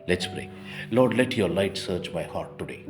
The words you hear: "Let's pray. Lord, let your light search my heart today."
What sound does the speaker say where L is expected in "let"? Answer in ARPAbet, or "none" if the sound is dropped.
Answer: L